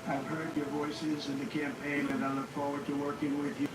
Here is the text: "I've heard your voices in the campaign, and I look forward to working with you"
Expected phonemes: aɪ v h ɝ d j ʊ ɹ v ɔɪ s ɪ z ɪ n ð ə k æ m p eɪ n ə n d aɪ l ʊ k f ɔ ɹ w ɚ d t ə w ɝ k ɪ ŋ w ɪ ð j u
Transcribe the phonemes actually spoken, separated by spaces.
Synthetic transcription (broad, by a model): aɪ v h ɝ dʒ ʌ ɹ v ɔɪ s ɪ z ɪ n ð ə k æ m p eɪ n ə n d aɪ l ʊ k f ɔ ɹ w ɚ d t ə w ɝ k ɪ ŋ w ɪ ð j